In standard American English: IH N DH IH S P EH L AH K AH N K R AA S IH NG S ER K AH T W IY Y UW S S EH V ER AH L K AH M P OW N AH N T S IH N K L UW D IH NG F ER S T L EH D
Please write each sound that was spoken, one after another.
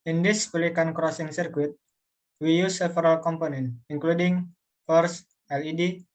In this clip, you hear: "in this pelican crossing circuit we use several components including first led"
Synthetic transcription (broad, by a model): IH N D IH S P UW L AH K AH N K R AA S IH NG S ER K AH T W IY Y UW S S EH F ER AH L K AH M P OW N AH N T IH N K L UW D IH NG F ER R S L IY D